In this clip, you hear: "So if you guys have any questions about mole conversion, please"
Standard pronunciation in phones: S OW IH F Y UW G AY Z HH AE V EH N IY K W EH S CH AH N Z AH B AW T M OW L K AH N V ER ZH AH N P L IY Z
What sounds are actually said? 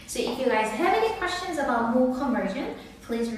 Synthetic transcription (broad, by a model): S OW IH F Y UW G AY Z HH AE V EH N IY K W EH S CH AH N Z AH B AW T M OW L K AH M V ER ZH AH N P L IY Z